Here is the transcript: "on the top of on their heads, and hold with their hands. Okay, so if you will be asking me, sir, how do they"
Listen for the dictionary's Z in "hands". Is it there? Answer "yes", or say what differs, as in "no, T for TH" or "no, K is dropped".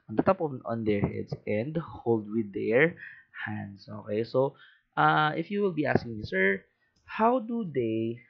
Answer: no, S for Z